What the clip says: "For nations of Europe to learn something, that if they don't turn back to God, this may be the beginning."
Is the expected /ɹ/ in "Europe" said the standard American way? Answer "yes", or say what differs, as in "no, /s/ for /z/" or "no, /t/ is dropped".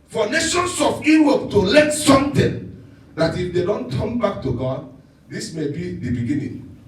no, /w/ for /ɹ/